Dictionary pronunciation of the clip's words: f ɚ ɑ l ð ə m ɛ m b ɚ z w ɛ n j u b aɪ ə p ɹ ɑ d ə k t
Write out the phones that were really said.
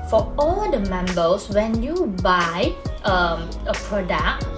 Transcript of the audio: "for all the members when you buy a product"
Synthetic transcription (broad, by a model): f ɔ ɑ l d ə m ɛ m b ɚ s w ɛ n j u b aɪ ə p ɹ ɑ d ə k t